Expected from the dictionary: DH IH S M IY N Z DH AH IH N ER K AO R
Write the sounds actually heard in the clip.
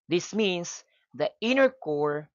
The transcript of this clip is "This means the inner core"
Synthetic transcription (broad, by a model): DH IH S M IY N S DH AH IH N ER K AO R